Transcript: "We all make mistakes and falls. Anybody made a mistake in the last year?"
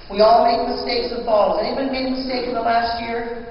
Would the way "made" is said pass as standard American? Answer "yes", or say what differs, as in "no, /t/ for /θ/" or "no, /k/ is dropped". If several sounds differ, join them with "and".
no, /d/ is dropped